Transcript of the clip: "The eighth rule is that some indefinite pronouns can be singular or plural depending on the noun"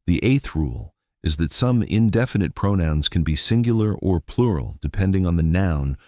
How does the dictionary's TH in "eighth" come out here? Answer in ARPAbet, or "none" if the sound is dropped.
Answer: TH